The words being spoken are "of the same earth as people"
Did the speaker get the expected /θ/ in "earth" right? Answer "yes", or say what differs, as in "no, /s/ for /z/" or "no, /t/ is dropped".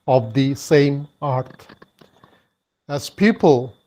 no, /t/ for /θ/